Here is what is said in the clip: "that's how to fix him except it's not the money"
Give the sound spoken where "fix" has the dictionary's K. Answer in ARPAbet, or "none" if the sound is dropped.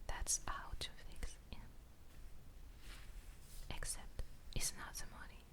K